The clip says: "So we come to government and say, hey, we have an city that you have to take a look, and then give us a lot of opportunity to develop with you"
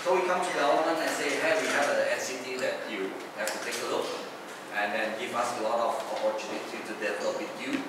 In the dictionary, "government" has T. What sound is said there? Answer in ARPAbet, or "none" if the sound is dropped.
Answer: none